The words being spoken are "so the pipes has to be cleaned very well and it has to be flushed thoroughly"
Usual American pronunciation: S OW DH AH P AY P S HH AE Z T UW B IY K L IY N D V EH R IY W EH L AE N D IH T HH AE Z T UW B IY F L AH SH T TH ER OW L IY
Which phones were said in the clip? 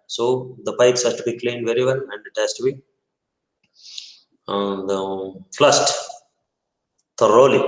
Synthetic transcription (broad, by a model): S OW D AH P AY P S HH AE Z T UW B IY K L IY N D V EH R IY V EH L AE N D IH T HH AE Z T UW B IY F L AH S T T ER OW L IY